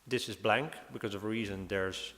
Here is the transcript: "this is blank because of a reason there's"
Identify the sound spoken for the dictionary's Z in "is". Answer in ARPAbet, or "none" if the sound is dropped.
Z